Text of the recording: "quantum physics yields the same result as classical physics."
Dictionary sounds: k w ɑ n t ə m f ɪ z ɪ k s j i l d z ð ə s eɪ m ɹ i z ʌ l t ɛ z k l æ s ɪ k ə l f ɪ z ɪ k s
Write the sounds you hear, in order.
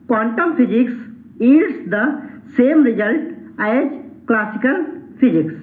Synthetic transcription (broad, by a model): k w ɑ n t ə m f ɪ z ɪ k s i d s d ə s eɪ m ɹ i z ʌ l t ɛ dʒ k l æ s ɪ k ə l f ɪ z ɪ k s